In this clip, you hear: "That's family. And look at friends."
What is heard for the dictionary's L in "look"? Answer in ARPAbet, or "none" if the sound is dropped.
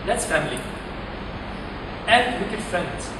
W